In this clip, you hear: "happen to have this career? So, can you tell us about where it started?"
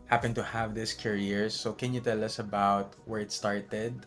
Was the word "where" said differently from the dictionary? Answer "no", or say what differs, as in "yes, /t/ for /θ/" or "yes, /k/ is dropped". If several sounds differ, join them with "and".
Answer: no